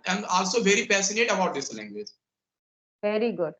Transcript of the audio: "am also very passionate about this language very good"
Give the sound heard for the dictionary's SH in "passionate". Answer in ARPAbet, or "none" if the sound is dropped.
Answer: S